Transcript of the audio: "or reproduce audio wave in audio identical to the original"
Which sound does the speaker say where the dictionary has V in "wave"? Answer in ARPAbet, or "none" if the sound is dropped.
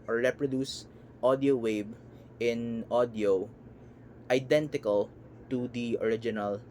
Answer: B